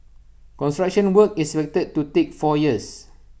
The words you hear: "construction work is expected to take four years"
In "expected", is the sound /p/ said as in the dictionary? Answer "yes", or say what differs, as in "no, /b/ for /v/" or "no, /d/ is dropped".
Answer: no, /f/ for /p/